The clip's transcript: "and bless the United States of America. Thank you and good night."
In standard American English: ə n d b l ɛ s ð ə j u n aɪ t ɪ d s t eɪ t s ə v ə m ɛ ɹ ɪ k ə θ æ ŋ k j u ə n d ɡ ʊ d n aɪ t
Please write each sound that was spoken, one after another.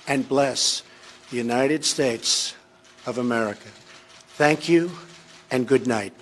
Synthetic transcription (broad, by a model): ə n b l ɛ s ð ə j u n aɪ t ɪ d s t eɪ t s ə v ə m ɛ ɹ ɪ k ə θ æ ŋ k j u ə n ɡ ʊ d n aɪ t